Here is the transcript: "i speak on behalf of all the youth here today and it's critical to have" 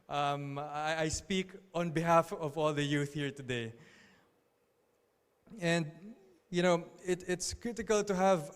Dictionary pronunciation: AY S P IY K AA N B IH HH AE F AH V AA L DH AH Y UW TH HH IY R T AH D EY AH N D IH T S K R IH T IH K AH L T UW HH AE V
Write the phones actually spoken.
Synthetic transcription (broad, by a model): AY S P IY K AA N B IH HH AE F AH V AA L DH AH Y UW TH HH IY R T AH D EY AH N D IH T S K R IH T IH K AH L T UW HH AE V